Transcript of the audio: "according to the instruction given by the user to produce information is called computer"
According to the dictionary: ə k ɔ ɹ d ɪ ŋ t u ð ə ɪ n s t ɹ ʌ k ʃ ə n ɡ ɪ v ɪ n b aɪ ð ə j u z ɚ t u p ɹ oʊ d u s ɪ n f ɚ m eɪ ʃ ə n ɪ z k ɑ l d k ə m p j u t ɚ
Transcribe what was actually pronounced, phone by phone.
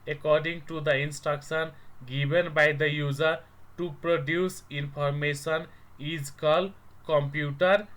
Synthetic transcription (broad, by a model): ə k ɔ ɹ d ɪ ŋ t u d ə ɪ n s t ɹ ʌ k s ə n ɡ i b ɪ n b aɪ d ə j u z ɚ t u p ɹ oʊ d u s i n p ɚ m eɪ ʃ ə n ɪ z k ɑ l k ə m p j u t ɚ